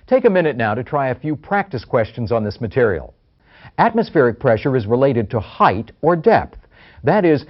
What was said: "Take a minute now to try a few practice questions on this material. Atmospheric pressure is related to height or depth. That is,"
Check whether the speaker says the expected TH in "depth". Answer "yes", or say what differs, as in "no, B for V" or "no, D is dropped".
yes